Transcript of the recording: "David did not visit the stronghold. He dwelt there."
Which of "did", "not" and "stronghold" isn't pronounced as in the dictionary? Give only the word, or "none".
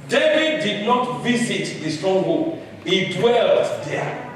stronghold